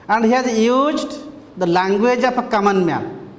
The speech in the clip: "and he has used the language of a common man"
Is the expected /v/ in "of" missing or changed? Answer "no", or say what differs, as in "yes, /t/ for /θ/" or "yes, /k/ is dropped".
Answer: yes, /p/ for /v/